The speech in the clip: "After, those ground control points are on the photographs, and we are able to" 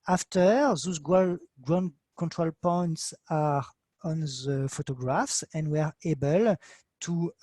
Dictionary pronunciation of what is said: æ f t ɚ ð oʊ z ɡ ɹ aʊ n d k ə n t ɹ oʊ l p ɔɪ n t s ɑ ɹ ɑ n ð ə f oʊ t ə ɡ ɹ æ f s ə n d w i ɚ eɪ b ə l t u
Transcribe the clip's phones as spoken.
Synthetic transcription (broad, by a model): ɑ f t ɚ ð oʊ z ɡ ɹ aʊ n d k ə n t ɹ oʊ l p ɔɪ n t s ɑ ɹ ɑ n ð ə f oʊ t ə ɡ ɹ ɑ f s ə n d w ɚ eɪ b ə l t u